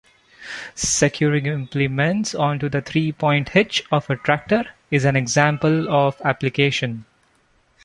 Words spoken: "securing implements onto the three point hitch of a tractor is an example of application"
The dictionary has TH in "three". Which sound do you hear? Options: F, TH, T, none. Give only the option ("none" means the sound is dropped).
T